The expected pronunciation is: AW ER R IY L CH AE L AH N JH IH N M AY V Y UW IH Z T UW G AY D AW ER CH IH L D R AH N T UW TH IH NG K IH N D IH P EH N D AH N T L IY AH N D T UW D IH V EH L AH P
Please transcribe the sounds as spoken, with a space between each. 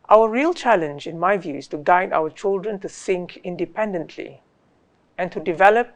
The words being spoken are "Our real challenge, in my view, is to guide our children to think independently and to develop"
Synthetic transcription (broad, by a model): AW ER R IY L CH AE L AH N JH IH N M AY V Y UW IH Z T UW G AY D AW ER CH IH L D R AH N T UW S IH NG K IH N D IH P EH N D AH N T L IY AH N T UW D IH V EH L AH P